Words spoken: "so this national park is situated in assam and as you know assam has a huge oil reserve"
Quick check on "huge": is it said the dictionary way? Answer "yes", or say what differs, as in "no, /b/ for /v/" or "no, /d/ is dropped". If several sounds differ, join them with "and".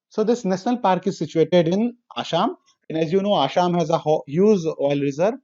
no, /z/ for /dʒ/